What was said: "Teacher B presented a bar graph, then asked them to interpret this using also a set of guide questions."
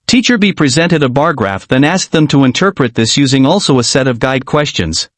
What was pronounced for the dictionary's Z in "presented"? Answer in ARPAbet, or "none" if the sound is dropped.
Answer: Z